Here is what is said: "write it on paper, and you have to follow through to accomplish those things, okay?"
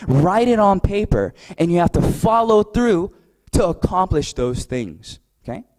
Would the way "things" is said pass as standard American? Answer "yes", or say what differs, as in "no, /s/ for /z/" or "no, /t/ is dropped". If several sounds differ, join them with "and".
yes